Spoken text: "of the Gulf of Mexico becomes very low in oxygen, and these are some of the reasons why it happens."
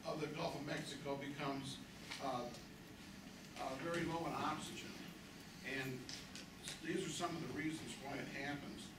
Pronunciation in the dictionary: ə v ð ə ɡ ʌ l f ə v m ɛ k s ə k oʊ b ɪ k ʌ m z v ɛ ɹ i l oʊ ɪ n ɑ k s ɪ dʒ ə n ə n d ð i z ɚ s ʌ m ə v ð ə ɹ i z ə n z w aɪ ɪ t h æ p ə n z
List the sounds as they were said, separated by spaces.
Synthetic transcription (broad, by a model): ə v ð ə ɡ ʌ l f ə v m ɛ k s ə k oʊ b ɪ k ʌ m z v ɛ ɹ i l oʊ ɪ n ɑ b s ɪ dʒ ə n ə n ð i z ɚ s ʌ m ə v ð ə ɹ i z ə n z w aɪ ɪ t h æ p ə n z